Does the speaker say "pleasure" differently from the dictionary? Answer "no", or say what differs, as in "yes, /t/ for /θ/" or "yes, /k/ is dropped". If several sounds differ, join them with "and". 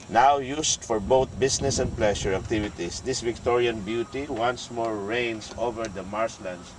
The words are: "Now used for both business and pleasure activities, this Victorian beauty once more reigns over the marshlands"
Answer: yes, /ʃ/ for /ʒ/